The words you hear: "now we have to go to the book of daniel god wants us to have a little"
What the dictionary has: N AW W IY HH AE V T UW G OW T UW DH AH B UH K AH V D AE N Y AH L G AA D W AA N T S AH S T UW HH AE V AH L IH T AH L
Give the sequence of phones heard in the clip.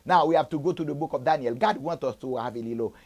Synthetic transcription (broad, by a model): N AW W IY HH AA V T UW G OW T UW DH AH B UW K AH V D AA N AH L G AA D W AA N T AO S T UW HH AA V AH L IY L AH